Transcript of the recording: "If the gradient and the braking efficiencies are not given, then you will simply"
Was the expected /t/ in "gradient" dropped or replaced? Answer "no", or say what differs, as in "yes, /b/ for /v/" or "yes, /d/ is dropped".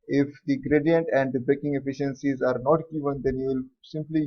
no